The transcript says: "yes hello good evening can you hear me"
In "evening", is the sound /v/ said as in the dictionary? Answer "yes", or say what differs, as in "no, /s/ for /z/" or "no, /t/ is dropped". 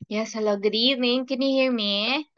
no, /v/ is dropped